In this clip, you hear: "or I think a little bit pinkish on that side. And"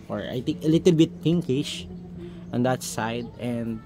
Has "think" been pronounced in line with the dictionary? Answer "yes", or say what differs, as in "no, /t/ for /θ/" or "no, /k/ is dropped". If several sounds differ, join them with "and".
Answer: no, /t/ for /θ/